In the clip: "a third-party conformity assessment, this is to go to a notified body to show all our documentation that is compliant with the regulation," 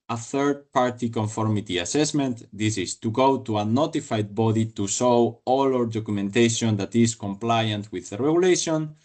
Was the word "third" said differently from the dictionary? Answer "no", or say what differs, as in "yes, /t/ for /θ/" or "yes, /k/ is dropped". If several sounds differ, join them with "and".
no